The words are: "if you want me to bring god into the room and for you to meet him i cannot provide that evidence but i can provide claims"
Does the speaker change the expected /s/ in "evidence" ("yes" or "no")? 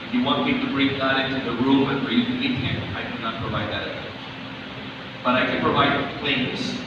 yes